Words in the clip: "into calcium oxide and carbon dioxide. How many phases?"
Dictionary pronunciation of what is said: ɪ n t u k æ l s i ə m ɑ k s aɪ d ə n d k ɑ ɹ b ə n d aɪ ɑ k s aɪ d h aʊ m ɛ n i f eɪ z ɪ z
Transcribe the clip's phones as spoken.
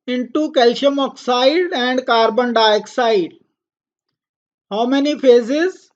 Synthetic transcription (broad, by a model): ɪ n t u k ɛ l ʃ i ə m ɑ k s aɪ d ə n d k ɑ ɹ b ə n d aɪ k s aɪ d h aʊ m ɛ n i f eɪ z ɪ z